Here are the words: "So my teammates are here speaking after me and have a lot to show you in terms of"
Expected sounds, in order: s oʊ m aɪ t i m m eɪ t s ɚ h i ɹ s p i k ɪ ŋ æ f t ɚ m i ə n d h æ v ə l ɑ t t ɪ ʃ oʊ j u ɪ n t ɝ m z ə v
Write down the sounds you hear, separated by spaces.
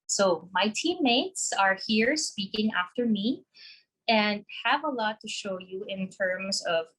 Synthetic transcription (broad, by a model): s oʊ m aɪ t i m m eɪ t s ɚ h i ɹ s p i k ɪ ŋ æ f t ɚ m i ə n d h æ v ə l ɑ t t ɪ ʃ oʊ j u ɪ n t ɝ m z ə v